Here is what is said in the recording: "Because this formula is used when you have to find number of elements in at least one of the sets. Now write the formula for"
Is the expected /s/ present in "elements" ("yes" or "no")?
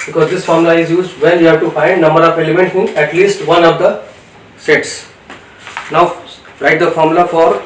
no